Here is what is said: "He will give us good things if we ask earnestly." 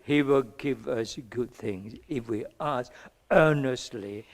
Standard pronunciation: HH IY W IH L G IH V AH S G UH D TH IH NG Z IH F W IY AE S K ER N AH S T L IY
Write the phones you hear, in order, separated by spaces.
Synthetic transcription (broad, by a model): HH IY W IH L G IH V AH S G UH D TH IH NG Z IH F W IY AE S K ER N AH S T L IY